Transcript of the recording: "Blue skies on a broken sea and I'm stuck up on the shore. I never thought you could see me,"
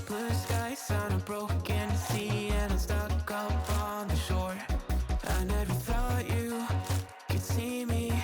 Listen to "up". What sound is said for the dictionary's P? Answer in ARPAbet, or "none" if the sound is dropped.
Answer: F